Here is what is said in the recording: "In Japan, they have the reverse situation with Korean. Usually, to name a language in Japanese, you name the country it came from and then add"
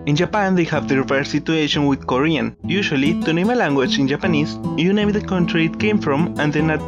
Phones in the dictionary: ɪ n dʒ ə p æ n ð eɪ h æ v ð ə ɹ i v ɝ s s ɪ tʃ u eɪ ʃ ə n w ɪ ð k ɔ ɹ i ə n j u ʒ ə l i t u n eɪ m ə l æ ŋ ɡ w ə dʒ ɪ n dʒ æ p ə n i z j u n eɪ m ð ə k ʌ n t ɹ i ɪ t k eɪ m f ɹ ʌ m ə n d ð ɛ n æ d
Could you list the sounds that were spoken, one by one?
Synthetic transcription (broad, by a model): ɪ n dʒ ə p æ n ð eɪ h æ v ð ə ɹ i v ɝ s s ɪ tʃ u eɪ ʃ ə n w ɪ ð k ɔ ɹ i ə n j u ʃ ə l i t u n eɪ m ə l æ ŋ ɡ w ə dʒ ɪ n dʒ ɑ p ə n i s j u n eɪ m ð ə k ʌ n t ɹ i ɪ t k eɪ m f ɹ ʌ m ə n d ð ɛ n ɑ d